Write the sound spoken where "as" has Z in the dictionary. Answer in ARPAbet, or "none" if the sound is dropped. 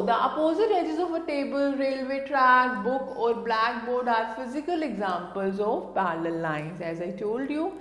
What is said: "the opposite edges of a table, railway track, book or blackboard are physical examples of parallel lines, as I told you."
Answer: Z